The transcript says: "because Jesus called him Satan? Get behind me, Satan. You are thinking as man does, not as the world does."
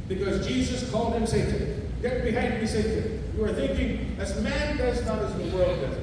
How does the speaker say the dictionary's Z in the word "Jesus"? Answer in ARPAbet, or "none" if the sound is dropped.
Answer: Z